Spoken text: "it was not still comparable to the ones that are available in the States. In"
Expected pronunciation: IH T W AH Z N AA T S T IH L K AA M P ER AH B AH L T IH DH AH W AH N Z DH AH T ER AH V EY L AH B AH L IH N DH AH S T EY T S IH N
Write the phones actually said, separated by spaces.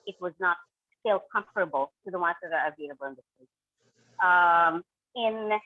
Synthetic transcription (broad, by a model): IH T W AH Z N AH T S T IH L K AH M F ER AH B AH L T IH DH AH W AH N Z DH AH T ER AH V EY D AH B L IH N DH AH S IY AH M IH N